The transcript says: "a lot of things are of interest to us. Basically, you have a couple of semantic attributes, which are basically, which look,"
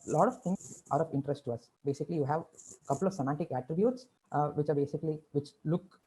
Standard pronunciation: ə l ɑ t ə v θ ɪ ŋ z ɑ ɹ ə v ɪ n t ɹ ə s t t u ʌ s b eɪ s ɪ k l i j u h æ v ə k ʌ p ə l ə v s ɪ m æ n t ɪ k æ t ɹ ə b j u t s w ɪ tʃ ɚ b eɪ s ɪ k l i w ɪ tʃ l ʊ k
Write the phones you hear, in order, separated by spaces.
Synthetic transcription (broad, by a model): l ɑ t ə v t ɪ ŋ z ɑ ɹ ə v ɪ n t ɹ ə s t t u ʌ s b eɪ s ɪ k l i j u h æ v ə k ʌ p ə l ə v s ɪ m æ n t ɪ k æ t ɹ ə b j u t s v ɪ tʃ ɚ b eɪ s ɪ k l i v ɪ tʃ l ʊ k